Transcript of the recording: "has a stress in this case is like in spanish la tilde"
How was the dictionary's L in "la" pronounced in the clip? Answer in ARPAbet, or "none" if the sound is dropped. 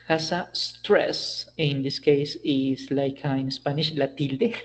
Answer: L